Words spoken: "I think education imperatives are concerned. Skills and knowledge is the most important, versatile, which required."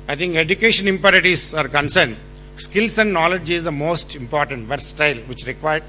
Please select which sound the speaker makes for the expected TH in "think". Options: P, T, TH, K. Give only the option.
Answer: T